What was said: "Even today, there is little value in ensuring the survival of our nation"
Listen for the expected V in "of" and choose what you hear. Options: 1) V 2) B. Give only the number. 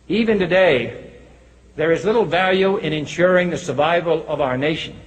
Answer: 1